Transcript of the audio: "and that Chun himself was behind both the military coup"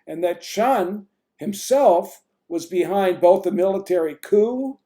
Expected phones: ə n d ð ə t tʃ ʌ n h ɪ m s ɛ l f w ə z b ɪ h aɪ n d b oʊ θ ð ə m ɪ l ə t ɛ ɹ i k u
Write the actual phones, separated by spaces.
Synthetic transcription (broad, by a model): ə n ð ə t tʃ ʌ n h ɪ m s ɛ l f w ə z b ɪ h aɪ n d b oʊ θ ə m ɪ l ə t ɛ ɹ i k u